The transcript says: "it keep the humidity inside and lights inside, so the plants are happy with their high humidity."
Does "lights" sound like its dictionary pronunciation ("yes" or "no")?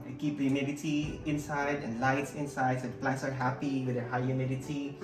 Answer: yes